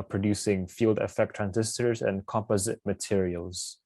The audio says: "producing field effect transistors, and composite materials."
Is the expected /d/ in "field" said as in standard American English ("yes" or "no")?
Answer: yes